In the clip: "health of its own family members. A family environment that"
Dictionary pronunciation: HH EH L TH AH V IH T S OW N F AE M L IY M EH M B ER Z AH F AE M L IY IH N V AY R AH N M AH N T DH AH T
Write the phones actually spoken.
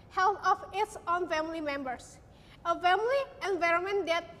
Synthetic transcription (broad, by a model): HH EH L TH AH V IH T S OW N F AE M L IY M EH M B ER S AH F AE M L IY IH N V AY R AH N M AH N T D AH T